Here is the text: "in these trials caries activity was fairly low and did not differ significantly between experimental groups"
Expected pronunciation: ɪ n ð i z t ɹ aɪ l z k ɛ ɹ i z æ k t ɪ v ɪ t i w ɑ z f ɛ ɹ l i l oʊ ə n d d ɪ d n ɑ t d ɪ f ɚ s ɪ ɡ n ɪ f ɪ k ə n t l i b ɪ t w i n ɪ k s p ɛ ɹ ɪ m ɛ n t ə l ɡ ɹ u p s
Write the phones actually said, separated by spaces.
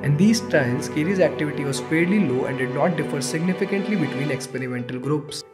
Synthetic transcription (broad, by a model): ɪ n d i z t aɪ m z k ɛ ɹ i z æ k t ɪ v ɪ t i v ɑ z p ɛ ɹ l i l oʊ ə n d d ɪ d n ɑ t d ɪ f ɚ s ɪ ɡ n ɪ f ɪ k ə n t l i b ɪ t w i n ɪ k s p ɛ ɹ ɪ m ɛ n t ə l ɡ ɹ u p s